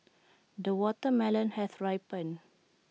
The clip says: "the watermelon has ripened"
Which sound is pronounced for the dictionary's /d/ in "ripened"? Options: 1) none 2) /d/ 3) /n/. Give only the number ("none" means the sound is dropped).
1